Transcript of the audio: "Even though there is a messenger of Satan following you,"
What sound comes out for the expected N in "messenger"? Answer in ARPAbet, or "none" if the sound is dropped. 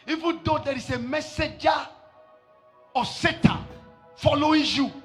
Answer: none